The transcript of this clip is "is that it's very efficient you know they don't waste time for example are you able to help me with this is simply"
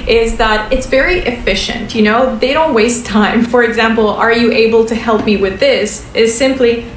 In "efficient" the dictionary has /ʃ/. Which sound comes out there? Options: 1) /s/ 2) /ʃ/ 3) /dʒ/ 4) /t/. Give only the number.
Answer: 2